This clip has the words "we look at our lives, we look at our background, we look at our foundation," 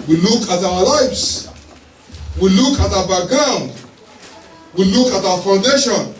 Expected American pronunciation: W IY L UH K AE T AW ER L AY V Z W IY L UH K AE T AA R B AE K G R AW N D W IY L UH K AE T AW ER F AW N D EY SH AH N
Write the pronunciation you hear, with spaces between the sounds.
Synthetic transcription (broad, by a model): W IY L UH K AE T AW ER L AY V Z W IY L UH K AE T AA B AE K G AW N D W IY L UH K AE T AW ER F AW N D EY SH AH N